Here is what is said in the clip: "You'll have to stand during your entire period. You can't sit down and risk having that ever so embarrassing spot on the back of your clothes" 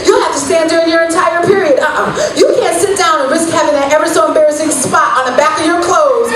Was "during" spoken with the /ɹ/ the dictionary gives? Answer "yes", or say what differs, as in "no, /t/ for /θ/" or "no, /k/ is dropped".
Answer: yes